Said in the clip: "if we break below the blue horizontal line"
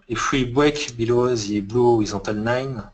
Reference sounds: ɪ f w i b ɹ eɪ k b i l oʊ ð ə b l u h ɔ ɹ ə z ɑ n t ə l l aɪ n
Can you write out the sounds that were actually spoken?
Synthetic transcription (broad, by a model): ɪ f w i b w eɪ k b i l oʊ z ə b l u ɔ ə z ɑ t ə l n aɪ n